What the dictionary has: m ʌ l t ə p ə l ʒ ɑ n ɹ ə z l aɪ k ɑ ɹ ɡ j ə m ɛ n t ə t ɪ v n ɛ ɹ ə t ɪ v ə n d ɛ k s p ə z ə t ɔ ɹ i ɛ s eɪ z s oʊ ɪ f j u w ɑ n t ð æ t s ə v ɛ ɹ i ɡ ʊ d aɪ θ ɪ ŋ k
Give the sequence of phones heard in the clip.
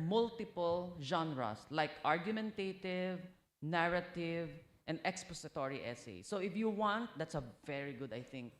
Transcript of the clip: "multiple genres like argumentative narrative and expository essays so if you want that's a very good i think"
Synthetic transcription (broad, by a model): m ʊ l t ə p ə l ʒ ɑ n ɹ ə s l aɪ k ɑ ɹ ɡ j ə m ɛ n t ə t ɪ v n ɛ ɹ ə t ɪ v ə n d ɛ k s p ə s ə t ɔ ɹ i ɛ s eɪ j s oʊ ɪ f j u w ɑ n t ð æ t s ə v ɛ ɹ i ɡ ʊ d aɪ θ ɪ ŋ k